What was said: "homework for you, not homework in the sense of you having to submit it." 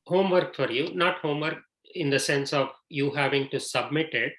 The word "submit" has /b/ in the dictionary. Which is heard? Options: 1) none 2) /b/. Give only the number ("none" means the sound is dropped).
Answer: 2